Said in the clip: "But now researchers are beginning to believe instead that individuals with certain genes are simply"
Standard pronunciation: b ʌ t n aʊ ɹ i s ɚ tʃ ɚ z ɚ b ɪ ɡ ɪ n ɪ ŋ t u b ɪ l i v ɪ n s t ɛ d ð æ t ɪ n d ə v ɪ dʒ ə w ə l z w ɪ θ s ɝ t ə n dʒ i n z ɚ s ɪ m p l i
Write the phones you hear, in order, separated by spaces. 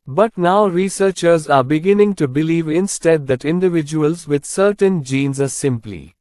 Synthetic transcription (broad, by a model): b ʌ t n aʊ ɹ i s ɚ tʃ ɚ z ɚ b ɪ ɡ ɪ n ɪ ŋ t u b ɪ l i v ɪ n s t ɛ d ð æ t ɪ n d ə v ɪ dʒ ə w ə l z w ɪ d s ɝ t ə n dʒ i n z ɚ s ɪ m p l i